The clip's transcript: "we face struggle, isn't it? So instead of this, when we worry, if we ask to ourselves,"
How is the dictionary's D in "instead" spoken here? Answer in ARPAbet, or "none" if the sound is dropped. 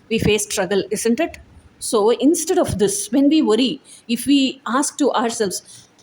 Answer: D